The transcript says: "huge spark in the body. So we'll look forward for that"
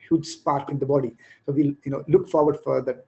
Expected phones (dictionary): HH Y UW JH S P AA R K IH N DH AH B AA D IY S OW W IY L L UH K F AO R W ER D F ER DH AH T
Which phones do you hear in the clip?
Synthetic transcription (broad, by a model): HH Y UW JH S P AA R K IH N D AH B AA D IY S OW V IY N L UH K F AO R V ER D F ER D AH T